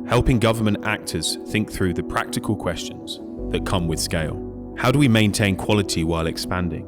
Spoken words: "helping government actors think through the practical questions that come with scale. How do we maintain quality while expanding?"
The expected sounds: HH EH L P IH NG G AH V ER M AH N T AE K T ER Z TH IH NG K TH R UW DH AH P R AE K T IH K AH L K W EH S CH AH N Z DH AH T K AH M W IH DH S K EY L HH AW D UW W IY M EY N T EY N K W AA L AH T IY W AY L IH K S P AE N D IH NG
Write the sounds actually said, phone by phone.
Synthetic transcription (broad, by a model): HH EH L P IH NG G AH V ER M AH N T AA K T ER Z TH IH NG K TH R UW DH AH P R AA K T IH K AH L K W EH S CH AH N Z DH AH T K AH M W IH DH S K EY L HH AW D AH W IY M EY N T EY N K W AA L AH T IY W AY L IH K S P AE N D IH NG